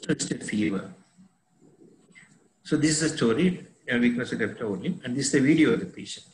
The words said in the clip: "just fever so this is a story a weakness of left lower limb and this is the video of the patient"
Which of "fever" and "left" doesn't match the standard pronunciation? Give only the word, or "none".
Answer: left